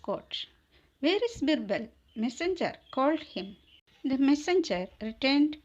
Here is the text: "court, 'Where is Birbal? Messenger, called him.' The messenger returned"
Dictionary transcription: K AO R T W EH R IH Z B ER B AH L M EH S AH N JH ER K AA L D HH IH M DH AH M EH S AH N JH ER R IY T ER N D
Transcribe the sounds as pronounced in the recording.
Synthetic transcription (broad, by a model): K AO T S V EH R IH S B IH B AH L M EH S AH N JH ER K AA L D HH IH M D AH M EH S AH N JH ER R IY T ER N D